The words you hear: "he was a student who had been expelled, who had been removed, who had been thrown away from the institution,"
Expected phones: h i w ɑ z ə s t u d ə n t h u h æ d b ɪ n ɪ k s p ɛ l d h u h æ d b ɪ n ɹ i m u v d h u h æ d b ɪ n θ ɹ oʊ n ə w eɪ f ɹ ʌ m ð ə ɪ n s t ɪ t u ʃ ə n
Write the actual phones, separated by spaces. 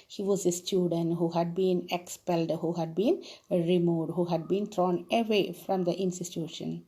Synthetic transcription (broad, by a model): h i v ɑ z ə s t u d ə n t h u h æ d b ɪ n ɪ k s p ɛ l d h u h æ d b ɪ n ɹ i m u d h u h æ d b ɪ n t ɹ oʊ n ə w eɪ f ɹ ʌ m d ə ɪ n s t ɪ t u ʃ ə n